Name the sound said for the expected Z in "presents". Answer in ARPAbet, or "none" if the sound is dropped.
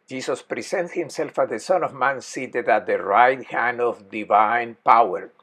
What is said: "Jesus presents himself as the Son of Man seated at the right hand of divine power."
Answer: S